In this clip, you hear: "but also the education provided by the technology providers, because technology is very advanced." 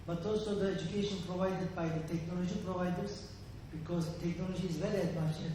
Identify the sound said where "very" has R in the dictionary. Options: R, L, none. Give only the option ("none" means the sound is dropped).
L